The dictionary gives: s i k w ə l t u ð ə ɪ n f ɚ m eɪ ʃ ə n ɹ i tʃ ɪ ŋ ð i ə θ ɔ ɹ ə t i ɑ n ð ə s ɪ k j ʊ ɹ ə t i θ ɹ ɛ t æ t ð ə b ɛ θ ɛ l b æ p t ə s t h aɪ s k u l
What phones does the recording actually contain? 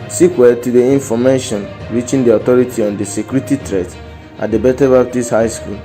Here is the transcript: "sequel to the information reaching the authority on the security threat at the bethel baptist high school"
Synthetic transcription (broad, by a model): s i k w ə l t u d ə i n f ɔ m eɪ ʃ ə n ɹ i tʃ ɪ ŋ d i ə t ɔ ɹ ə t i ɑ n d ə s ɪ k j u ɹ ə t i t ɹ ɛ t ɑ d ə b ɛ t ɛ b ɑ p t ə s h aɪ s k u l